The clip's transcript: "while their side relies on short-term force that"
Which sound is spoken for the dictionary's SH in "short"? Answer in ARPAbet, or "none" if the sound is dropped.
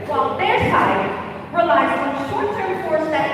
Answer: SH